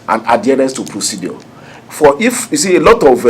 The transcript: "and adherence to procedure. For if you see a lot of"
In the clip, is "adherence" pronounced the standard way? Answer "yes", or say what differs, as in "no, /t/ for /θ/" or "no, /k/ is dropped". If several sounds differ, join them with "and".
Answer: no, /ɹ/ is dropped